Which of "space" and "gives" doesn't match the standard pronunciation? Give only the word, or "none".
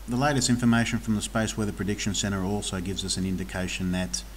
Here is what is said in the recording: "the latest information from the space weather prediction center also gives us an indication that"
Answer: none